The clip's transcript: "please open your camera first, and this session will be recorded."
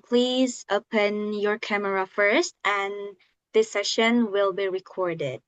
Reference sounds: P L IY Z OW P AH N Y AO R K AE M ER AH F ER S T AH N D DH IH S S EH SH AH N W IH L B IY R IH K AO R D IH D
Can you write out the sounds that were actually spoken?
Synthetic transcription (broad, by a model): P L IY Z OW P AH N Y AO R K AE M ER AH F ER S T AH N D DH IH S S EH SH AH N W IH L B IY R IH K AO R D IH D